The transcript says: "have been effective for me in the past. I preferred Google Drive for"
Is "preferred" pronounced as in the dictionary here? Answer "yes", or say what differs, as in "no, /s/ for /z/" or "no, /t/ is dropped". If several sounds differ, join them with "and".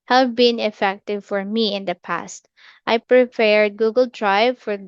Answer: no, /p/ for /f/